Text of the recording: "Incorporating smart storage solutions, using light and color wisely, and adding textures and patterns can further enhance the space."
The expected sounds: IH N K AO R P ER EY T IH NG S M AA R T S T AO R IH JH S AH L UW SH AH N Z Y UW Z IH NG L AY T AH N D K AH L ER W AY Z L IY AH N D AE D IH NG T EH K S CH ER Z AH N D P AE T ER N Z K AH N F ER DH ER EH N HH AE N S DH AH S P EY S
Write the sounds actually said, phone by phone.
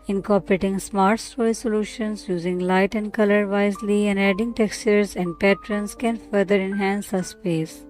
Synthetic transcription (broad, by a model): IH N K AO R P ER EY T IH NG S M AA R T S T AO IH S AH L UW SH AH N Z Y UW Z IH NG L AY T AH N D K AH L ER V AY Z L IY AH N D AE D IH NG T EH K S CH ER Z AH N D P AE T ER N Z K AH N F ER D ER EH N HH AE N S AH S P EY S